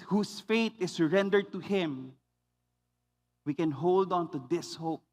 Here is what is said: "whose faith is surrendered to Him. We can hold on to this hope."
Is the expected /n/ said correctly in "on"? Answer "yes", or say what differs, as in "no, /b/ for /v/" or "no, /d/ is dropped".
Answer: yes